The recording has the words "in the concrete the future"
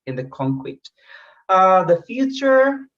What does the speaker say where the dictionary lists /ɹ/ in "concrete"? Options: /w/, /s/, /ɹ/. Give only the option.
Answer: /w/